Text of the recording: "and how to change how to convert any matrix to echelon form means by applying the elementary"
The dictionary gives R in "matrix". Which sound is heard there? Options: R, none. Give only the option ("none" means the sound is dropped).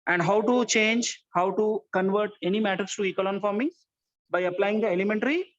none